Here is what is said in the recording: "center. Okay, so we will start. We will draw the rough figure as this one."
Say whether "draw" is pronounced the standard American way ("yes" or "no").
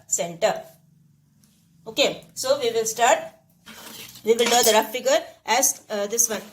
no